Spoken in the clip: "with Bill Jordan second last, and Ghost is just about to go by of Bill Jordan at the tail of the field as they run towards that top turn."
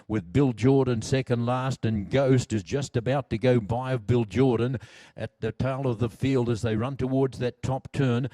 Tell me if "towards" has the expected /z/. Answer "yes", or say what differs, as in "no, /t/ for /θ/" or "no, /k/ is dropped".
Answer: yes